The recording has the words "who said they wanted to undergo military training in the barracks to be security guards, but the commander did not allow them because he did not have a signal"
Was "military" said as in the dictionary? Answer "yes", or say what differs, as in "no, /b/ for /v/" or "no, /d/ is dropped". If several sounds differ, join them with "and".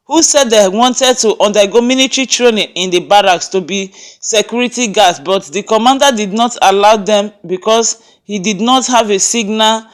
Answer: no, /n/ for /l/